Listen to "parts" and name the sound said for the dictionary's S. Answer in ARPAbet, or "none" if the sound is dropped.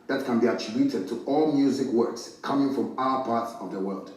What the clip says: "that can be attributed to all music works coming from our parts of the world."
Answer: S